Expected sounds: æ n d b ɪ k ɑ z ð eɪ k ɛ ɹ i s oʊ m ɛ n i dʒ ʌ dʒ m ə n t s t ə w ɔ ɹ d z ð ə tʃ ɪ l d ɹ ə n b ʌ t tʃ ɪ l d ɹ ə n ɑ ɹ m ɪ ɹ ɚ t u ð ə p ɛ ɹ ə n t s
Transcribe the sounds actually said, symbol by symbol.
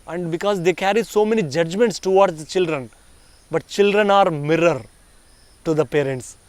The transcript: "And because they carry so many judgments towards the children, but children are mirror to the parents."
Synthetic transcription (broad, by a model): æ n d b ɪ k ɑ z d eɪ k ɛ ɹ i s oʊ m ɛ n i dʒ ʌ dʒ m ə n t s t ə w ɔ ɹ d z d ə tʃ ɪ l d ɹ ə n b ʌ t tʃ ɪ l d ɹ ə n ɑ ɹ m ɪ ɹ ɚ t u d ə p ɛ ɹ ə n t s